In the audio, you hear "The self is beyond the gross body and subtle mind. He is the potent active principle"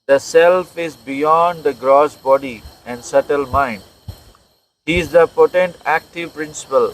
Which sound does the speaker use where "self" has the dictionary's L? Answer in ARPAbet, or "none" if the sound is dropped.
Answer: L